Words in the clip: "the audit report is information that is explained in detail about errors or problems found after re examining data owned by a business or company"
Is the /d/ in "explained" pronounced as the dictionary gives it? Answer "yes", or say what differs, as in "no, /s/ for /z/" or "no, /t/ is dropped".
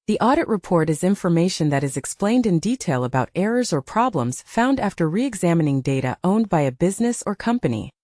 yes